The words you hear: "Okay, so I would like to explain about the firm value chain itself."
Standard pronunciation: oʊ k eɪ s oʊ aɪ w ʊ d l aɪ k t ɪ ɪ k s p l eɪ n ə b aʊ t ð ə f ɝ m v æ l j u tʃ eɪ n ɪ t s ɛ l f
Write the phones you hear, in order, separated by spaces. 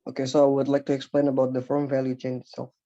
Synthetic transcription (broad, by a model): oʊ k eɪ s oʊ aɪ w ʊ d l aɪ k t ɪ ɪ k s p l eɪ n ə b aʊ t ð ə f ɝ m v æ l j u tʃ eɪ n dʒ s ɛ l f